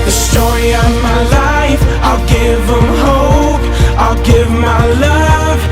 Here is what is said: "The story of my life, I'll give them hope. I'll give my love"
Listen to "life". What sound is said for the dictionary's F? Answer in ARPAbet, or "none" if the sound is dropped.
F